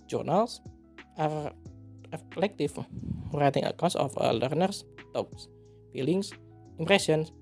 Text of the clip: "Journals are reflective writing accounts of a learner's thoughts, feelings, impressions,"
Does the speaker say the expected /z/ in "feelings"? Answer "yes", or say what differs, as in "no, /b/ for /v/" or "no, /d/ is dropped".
no, /s/ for /z/